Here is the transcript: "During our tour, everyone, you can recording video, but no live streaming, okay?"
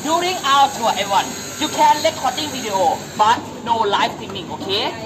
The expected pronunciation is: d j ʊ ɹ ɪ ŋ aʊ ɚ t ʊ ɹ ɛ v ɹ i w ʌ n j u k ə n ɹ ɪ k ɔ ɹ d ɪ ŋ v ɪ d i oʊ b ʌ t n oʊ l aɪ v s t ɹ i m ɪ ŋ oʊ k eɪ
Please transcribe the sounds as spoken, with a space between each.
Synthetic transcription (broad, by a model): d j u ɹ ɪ ŋ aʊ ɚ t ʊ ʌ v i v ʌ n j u k ə n l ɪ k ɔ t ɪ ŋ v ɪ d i oʊ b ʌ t n oʊ l aɪ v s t i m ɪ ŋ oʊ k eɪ